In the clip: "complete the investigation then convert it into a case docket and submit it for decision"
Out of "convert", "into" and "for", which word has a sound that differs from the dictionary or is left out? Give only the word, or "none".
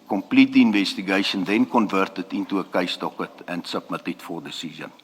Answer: none